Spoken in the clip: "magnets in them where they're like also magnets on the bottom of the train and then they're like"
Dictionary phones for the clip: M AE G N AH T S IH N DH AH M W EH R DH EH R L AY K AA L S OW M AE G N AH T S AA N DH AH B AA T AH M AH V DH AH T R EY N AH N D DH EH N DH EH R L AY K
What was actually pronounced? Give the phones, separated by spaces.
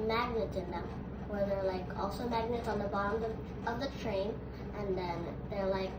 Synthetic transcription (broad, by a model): M AE G N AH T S IH N DH AH M W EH R DH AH R L AY K AA L S OW M AE G N AH T S N DH AH B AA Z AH AH V DH AH T R EY N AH N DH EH N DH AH R L AY K